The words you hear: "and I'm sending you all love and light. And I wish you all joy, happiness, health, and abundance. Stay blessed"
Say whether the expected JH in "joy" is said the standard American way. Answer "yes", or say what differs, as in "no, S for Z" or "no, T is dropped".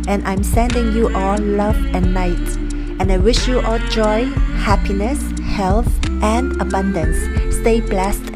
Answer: yes